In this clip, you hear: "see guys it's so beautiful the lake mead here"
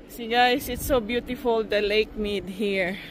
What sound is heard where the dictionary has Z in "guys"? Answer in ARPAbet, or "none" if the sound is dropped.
S